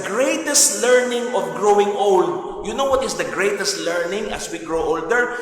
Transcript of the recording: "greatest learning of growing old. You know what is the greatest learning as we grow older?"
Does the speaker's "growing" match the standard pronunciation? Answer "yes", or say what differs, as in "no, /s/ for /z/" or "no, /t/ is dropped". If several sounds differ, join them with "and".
yes